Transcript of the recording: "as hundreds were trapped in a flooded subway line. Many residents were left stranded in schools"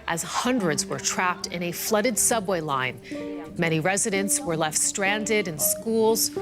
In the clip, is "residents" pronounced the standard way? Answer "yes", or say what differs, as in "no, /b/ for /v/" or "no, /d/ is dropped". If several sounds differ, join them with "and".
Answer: yes